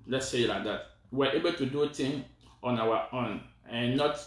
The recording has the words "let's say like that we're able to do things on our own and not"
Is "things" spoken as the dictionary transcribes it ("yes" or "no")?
no